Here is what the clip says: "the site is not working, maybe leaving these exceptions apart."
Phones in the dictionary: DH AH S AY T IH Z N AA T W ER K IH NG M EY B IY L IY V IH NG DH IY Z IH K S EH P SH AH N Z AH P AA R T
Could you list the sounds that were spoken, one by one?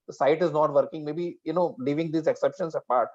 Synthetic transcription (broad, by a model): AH S AY T IH Z N AA T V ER K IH NG M EY B IY N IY V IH NG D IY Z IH K S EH P SH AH N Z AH P AA R T